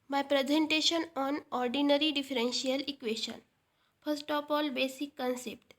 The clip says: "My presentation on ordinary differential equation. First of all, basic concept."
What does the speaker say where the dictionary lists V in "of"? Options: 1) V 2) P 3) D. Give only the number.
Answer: 2